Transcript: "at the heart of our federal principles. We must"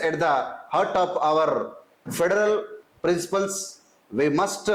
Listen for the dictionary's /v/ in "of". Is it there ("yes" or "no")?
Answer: no